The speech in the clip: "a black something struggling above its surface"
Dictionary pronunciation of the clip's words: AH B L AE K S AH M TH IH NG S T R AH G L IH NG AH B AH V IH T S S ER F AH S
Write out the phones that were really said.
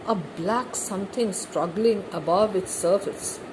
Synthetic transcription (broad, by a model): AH B L AE K S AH M T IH NG S T R AH G L IH NG AH B AH V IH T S S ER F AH S